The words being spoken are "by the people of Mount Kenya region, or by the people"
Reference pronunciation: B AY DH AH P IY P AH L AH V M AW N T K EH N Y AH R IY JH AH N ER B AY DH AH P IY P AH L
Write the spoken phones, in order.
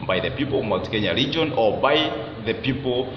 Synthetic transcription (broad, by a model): B AY DH AH P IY P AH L AH V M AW T K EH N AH R IY JH AH N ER B AY DH AH P IY P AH L